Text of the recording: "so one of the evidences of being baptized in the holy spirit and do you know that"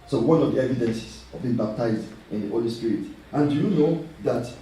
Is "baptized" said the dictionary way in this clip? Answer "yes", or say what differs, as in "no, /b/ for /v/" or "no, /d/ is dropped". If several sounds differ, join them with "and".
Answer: yes